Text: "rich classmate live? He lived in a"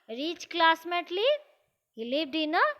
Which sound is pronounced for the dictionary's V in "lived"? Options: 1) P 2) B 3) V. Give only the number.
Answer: 2